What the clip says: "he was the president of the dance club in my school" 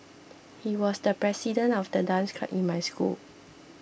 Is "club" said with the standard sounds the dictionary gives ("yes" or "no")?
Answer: no